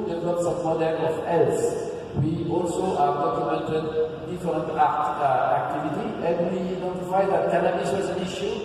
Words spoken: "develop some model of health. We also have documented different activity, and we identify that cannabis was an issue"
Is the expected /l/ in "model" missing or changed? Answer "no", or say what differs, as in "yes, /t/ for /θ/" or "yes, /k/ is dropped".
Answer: yes, /n/ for /l/